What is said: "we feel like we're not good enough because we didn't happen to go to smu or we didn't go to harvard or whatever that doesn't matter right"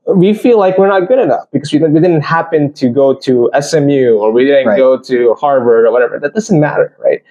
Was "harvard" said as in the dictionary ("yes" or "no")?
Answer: yes